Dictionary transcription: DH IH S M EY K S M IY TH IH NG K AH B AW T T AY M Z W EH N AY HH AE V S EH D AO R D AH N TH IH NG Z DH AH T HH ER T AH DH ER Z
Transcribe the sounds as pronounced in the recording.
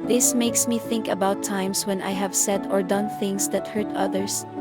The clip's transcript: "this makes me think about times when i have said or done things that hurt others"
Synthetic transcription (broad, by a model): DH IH S M EY K S M IY TH IH NG K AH B AW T T AY M S W EH N AY HH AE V S EH D AO R D AH N TH IH NG S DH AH T HH ER T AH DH ER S